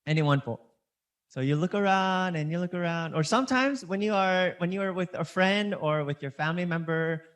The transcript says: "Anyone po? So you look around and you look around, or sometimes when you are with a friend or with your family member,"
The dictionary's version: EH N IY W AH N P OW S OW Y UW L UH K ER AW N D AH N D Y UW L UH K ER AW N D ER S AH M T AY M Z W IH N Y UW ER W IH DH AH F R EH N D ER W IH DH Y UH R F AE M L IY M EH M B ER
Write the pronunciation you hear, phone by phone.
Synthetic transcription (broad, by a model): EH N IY W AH N F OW S OW Y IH L UH K ER AW N D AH N Y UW L UH K ER AW N D ER S AH M T AY M Z W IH N Y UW ER W IH DH AH F R EH N D ER W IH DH Y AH R F AE M L IY M EH M B ER